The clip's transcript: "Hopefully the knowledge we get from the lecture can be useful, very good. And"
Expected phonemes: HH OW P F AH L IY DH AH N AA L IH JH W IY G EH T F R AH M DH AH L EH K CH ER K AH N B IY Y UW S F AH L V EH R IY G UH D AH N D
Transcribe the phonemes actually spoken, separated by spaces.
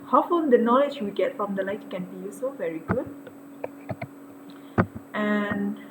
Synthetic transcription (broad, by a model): HH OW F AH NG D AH N AA L IH JH W IY G EH T F R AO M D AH L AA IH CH K AH N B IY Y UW S AH V EH R IY G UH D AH N